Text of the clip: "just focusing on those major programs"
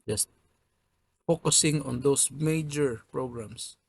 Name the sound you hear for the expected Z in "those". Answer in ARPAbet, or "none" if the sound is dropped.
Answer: S